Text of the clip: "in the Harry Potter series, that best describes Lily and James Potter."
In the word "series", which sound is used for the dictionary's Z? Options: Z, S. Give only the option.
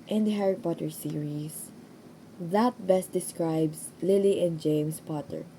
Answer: S